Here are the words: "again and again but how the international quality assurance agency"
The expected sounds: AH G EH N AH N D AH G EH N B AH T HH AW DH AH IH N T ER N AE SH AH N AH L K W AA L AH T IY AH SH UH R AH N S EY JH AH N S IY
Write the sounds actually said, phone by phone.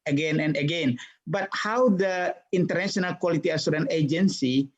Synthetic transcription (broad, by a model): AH G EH N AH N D AH G EH N B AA T HH AW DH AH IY N T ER N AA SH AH N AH L K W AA L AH T IY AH S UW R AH N EY JH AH N S IY